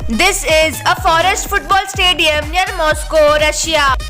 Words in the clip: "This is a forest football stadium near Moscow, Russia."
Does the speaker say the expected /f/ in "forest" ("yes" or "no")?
yes